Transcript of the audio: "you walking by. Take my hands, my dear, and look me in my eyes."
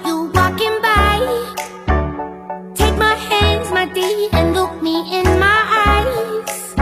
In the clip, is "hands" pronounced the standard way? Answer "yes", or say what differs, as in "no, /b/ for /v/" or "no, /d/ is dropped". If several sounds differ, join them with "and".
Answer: yes